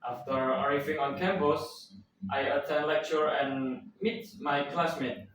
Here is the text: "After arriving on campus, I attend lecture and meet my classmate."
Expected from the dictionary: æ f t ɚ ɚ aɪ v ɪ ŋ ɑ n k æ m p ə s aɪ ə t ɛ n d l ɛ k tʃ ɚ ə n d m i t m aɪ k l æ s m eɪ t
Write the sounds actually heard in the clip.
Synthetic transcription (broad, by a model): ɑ f t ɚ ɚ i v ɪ ŋ ɑ n k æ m b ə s aɪ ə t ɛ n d l ɛ k tʃ ɚ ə n m i t m aɪ k l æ s m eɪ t